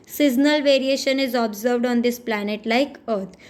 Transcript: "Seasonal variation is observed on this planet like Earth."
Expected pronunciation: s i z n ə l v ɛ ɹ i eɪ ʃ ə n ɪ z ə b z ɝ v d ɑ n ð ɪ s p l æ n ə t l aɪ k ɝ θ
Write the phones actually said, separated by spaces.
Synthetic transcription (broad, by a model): s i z n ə l v ɛ ɹ i eɪ ʃ ə n ɪ z ə b z ɝ v d ɑ n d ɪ s p l æ n ə t l aɪ k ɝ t